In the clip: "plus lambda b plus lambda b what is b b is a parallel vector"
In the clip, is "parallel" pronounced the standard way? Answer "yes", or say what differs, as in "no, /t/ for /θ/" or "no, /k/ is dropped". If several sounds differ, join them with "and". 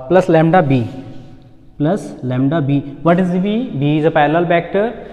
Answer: no, /l/ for /ɹ/